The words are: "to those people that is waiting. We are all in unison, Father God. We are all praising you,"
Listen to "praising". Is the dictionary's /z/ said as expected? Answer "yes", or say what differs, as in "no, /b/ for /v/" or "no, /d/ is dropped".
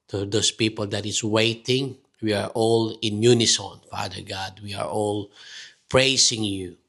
no, /s/ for /z/